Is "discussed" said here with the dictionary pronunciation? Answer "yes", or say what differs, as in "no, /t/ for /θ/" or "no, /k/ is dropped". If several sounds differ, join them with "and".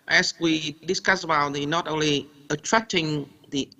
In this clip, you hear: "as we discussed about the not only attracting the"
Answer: no, /t/ is dropped